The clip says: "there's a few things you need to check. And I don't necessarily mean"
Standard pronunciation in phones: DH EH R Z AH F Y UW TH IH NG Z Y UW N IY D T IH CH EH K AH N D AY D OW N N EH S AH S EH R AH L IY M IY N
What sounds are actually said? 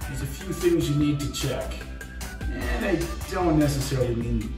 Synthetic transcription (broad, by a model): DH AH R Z AH F Y UW TH IH NG Z Y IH N IY D T IH CH EH K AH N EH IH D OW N N EH S AH S EH R AH L IY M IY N